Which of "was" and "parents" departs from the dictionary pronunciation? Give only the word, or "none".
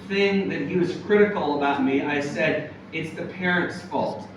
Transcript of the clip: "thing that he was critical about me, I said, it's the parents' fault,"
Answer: none